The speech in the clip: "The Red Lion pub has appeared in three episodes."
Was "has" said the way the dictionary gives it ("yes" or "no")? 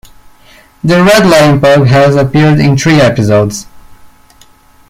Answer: yes